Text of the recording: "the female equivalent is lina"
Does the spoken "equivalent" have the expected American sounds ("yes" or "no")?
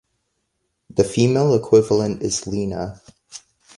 yes